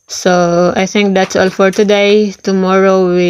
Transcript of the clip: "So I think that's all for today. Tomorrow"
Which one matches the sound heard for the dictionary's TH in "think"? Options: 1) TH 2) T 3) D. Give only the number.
2